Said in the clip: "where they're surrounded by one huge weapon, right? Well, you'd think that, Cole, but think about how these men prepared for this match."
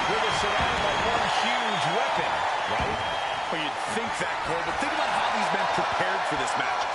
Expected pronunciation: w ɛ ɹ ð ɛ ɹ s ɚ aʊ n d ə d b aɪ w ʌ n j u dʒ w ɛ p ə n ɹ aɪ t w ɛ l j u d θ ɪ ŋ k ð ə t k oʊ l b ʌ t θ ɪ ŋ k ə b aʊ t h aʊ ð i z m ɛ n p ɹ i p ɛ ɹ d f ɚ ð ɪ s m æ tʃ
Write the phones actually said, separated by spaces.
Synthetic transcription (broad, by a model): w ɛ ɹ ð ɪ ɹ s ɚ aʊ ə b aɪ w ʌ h j u dʒ w ɛ p ə n ɹ aɪ t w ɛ n j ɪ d θ ɪ ŋ k ð ə t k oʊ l b ʌ t θ ɪ ŋ k ə b aʊ t h aʊ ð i z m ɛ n p ɹ i p ɛ ɹ d f ɚ ð ɪ s m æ tʃ